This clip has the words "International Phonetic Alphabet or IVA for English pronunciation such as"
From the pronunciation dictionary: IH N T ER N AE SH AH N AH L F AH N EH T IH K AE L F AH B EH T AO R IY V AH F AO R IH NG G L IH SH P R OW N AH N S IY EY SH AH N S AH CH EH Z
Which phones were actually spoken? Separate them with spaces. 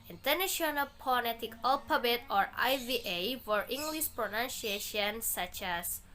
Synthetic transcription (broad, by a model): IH N T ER N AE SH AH N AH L P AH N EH T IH K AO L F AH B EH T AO R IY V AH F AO R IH NG G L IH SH P R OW N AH N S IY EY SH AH N S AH CH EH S